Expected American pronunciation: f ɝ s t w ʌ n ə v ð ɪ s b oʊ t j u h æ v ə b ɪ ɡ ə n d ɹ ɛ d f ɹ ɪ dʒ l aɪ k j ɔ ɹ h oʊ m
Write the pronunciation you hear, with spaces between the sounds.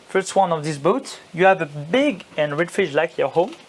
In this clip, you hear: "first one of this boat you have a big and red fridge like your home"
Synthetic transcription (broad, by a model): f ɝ s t w ʌ n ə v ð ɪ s b oʊ t j u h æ v ə b ɪ ɡ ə n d ɹ ɛ d f ɪ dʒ l aɪ k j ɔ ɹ h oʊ m